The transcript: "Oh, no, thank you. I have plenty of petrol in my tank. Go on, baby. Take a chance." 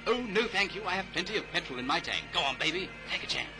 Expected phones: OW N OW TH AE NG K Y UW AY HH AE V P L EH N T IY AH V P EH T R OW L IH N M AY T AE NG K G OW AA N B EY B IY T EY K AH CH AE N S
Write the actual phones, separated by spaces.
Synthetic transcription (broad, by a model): OW N OW TH AE NG K Y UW AY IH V P L EH N T IY AH V P EH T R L IH N M AY T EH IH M G OW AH N B EY B IY T EY K AH CH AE N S